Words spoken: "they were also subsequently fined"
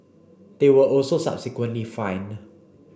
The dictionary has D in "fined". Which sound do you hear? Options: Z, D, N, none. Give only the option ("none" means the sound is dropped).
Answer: none